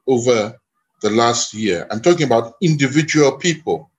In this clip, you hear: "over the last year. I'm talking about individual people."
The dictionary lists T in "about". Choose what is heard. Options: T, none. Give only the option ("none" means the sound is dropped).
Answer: T